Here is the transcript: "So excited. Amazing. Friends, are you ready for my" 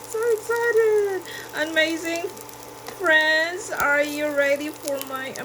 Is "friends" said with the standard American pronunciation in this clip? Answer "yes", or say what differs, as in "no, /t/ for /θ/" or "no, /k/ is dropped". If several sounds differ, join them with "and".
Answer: yes